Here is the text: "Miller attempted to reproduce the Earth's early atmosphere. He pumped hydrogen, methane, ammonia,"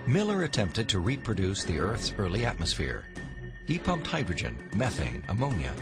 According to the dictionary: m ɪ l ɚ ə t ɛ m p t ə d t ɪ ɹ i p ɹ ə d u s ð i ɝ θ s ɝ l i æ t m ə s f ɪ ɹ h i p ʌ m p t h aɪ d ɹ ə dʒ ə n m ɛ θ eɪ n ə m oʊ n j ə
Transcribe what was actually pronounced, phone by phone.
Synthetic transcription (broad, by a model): m ɪ l ɚ ə t ɛ m p t ə d t ɪ ɹ i p ɹ ə d u s ð i ɝ θ s ɝ l i æ t m ə s f ɪ ɹ h i p ʌ m p t h aɪ d ɹ ə dʒ ə n m ɛ θ eɪ n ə m oʊ n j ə